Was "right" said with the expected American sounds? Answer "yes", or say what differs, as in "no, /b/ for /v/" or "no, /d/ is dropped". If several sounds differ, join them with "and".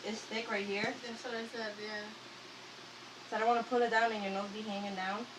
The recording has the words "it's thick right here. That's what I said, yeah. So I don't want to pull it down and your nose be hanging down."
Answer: yes